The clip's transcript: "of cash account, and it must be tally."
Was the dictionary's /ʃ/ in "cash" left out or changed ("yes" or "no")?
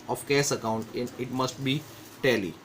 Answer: yes